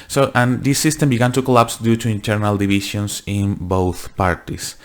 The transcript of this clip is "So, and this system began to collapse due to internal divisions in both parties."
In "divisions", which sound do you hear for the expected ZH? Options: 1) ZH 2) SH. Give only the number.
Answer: 2